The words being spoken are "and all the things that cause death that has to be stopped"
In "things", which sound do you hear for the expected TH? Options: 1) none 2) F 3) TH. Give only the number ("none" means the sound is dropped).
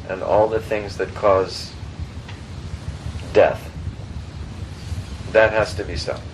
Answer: 3